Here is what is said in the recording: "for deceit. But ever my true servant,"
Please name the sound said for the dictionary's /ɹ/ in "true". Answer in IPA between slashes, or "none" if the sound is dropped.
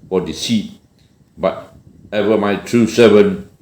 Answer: /ɹ/